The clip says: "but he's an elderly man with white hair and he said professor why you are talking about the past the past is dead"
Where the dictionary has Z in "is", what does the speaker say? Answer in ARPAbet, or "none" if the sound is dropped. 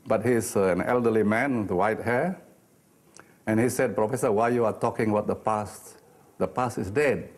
S